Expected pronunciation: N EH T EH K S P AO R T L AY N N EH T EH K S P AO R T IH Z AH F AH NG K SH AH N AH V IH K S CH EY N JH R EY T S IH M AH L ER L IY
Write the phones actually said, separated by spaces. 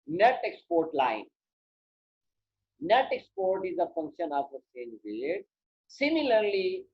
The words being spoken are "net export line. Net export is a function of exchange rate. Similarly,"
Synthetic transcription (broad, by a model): N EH T EH K S P AO R T L AY N N EH T EH K S P AO R T IH Z AH F AH NG K SH AH N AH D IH S EY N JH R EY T S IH M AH L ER L IY